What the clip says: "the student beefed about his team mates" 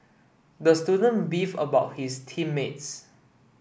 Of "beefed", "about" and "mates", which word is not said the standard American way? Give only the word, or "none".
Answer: beefed